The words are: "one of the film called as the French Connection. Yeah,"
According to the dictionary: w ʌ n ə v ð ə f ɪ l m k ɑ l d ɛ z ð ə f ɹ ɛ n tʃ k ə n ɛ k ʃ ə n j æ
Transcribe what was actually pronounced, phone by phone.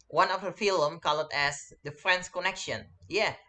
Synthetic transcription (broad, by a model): w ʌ n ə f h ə f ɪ l m k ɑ l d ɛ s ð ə f ɹ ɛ n s k ə n ɛ k ʃ ə n j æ